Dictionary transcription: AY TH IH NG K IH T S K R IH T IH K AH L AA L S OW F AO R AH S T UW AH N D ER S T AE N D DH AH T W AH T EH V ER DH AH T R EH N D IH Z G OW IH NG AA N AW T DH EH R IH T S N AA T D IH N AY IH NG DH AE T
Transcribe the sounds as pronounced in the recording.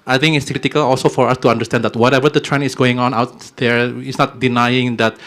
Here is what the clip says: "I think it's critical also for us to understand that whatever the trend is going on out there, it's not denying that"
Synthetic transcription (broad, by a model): AY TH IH NG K IH T S K R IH T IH K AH L AA L S OW F AO R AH S T UW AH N D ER S T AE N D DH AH T W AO T EH V ER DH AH T R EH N IH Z G OW IH NG AA N AW T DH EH R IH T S N AA T D IH N AY IH NG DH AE T